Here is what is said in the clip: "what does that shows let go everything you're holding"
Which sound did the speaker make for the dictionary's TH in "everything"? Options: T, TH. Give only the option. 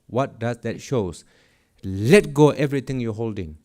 T